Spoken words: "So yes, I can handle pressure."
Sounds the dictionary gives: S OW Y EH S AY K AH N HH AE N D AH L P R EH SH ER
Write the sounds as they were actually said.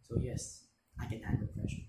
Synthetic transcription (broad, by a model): S OW Y EH S AY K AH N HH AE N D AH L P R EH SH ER